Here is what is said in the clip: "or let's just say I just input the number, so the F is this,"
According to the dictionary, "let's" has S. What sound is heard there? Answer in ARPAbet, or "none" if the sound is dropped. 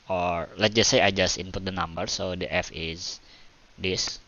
none